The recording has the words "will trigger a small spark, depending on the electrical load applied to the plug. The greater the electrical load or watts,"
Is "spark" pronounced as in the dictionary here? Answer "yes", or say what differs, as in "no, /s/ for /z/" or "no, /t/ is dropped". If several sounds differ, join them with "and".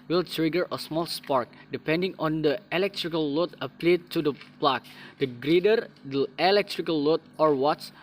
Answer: yes